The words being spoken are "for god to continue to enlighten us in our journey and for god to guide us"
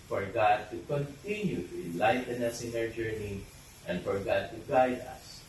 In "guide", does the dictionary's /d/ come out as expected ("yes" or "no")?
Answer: yes